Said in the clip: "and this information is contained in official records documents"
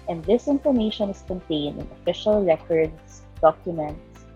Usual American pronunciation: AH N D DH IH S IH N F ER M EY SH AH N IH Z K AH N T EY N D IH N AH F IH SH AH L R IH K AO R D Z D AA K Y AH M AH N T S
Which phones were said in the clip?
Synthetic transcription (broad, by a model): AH N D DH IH S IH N F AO M EY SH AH N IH S K AH N T EY N D IH N AH F IH SH AH L R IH K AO R D S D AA K Y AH M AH N T S